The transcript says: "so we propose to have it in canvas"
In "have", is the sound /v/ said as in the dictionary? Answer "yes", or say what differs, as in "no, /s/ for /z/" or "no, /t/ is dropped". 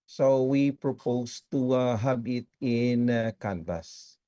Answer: no, /b/ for /v/